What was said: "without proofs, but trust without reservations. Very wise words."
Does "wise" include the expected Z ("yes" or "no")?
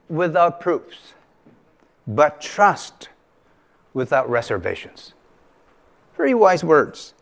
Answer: yes